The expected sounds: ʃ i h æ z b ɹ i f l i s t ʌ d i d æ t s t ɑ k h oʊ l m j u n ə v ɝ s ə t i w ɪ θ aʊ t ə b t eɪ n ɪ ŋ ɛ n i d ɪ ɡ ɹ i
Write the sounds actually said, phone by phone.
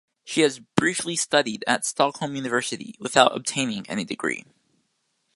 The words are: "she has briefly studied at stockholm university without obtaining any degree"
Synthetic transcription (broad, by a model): ʃ i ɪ z b ɹ i f l i s t ʌ d i d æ t s t ɑ k h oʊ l m j u n ə v ɝ s ə t i w ɪ θ aʊ t ə b t eɪ n ɪ ŋ ɛ n i d ɪ ɡ ɹ i